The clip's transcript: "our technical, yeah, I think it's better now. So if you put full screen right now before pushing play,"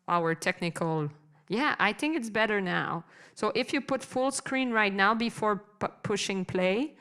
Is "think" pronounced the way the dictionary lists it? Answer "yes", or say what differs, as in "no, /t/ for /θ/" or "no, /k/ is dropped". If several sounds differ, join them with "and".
yes